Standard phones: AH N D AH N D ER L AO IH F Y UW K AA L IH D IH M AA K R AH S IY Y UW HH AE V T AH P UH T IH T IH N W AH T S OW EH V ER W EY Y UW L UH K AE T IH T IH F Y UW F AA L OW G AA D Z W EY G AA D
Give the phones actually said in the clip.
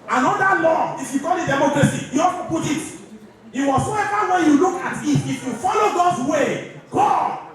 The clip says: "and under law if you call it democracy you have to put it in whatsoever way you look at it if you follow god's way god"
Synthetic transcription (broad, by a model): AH N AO D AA L AO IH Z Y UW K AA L IH D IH M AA K R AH S IY Y UW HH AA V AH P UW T IH T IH W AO S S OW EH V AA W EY Y UW L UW K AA T IH T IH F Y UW F AA L OW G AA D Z W EY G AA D